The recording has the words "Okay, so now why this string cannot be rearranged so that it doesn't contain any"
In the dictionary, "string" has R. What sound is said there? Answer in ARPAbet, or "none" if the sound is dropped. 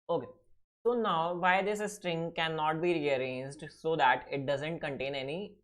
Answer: R